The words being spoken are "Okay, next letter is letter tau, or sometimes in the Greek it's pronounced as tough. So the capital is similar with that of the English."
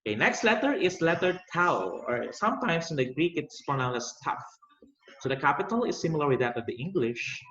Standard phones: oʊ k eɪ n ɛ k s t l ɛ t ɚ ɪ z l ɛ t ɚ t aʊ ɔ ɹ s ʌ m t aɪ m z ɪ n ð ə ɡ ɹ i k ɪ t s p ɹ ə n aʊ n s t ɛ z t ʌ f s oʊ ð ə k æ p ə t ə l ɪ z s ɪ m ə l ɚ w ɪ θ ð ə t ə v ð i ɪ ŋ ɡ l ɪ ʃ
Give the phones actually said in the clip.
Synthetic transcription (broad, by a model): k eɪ n ɛ k s t l ɛ t ɚ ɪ s l ɛ t ɚ t aʊ ɔ ɹ s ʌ m t aɪ m s ɪ n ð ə ɡ ɹ i k ɪ t s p ə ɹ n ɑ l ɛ s t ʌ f s oʊ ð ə k æ p ə t ə l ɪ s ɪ m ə l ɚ w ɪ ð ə t ə v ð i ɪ ŋ ɡ l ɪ ʃ